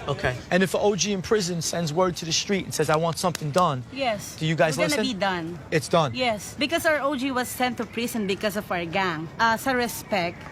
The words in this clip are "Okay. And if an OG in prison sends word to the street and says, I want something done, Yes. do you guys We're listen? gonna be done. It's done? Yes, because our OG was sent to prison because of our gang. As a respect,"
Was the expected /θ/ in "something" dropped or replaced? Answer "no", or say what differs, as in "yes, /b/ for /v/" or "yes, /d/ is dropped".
no